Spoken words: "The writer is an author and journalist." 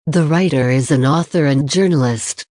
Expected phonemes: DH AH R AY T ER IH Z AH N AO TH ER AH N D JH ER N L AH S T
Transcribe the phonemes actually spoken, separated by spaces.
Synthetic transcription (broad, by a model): DH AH R AY T ER IH Z AH N AO TH ER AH N JH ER N L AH S T